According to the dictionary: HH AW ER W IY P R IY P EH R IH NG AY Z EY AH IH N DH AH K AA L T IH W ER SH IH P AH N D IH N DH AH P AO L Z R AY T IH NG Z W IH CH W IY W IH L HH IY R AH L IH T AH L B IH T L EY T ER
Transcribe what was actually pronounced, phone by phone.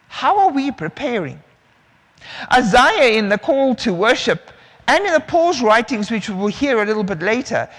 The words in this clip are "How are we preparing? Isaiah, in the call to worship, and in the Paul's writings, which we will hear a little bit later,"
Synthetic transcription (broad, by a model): HH AW ER W IY P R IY P EH R IH NG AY Z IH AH IH N DH AH K AA L T IH W ER SH IH P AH N IH N DH AH P AO L Z R AY T IH NG Z W IH CH W IY W IH L HH IY R AH L IH T L B IH T L EY T ER